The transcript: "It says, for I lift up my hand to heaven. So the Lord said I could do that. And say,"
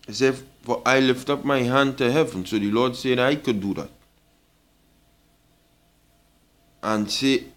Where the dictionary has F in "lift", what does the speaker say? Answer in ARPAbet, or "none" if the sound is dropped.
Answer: F